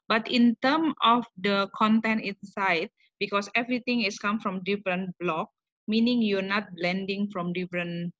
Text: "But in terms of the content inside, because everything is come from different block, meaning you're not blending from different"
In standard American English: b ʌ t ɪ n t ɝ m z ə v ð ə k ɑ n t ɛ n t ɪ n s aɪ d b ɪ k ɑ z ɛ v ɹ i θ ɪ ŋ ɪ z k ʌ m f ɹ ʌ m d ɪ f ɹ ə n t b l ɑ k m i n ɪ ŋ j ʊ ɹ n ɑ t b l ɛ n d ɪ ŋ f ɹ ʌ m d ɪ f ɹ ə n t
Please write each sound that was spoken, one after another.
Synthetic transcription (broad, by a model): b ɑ t ɪ n t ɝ m ə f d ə k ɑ n t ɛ n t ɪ n s aɪ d b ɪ k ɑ s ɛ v ɹ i t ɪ ŋ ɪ s k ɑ m f ɹ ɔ m d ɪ f ɹ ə n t b l ɑ k m i n ɪ ŋ j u n ɑ t b l ɛ n d ɪ ŋ f ɹ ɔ m d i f ɹ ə n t